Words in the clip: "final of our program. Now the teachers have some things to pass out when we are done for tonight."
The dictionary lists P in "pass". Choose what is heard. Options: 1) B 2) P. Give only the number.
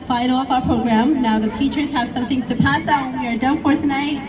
2